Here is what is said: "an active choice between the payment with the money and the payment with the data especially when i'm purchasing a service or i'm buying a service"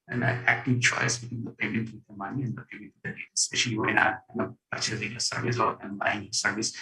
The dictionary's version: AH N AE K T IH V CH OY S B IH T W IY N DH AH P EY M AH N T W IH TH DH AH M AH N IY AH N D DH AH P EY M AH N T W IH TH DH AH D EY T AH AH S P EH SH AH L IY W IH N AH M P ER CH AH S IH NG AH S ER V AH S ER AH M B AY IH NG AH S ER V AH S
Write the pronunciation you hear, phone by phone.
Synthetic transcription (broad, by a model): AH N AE K T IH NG CH OY S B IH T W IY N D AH P EY M AH N T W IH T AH M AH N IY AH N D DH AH P EY M AH N T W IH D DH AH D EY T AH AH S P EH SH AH N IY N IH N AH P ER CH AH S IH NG AH S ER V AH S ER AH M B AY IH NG AH S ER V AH S